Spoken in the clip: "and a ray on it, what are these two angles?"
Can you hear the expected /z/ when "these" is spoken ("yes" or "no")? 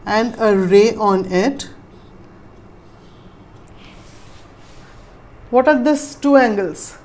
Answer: no